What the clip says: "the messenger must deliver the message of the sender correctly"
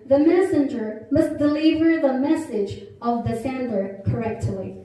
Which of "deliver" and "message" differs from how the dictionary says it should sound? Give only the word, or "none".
none